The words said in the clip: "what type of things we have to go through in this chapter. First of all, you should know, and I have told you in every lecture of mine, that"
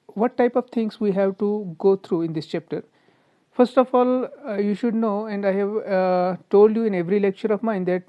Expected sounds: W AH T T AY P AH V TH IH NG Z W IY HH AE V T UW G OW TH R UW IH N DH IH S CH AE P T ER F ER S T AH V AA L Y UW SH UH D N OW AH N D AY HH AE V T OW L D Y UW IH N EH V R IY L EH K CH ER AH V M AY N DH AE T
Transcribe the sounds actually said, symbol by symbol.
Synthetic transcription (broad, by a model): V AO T T AY P AH V T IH NG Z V IY HH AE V T UW G OW T R UW IH N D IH S CH AE P T ER F ER S T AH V AA L Y UW SH UH D N OW AH N D AY HH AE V T OW L D Y UW IH N EH V R IY L EH K CH ER AH V M AY N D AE T